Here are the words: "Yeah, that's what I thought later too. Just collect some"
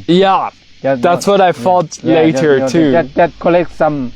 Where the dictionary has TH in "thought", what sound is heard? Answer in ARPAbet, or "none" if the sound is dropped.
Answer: F